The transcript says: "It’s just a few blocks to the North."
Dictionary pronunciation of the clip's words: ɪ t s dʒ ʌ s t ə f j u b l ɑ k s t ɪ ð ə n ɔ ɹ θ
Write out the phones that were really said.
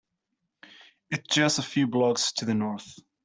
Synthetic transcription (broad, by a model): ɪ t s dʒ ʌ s ə f j u b l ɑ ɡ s t ɪ ð ə n ɔ ɹ θ